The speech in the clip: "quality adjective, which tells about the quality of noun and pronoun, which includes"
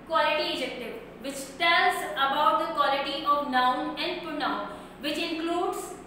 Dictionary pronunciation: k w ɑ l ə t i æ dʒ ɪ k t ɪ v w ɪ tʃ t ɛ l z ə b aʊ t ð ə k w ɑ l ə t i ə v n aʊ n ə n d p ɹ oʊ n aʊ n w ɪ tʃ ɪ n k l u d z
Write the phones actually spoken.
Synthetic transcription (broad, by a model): k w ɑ l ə t i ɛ dʒ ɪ k t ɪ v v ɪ tʃ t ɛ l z ə b aʊ t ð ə k w ɑ l ə t i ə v n aʊ n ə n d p oʊ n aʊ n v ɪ tʃ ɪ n k l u d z